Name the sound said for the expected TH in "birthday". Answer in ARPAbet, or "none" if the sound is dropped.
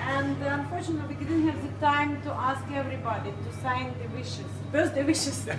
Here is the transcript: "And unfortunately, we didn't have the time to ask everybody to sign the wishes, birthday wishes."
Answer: S